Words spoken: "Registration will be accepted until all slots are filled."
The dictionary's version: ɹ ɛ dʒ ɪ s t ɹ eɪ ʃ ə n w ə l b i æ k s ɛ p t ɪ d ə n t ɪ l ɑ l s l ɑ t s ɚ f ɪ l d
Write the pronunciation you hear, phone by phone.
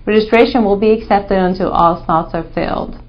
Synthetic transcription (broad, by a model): ɹ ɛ dʒ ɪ s t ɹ eɪ ʃ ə n w ə l b i æ k s ɛ p t ɪ d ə n t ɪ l ɑ l s n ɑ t s ɚ f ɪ l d